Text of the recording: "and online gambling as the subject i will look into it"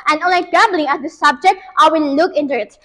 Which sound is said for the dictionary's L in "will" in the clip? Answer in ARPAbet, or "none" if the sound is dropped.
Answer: N